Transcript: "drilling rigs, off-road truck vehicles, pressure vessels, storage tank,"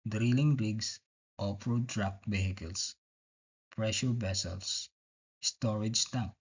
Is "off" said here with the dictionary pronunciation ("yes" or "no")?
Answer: no